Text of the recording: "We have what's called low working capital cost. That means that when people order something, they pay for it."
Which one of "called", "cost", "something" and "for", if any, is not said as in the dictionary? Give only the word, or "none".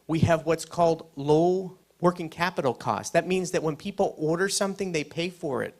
none